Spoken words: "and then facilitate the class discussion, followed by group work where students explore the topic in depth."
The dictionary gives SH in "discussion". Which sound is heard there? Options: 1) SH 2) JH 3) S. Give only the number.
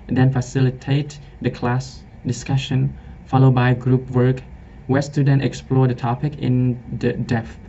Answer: 1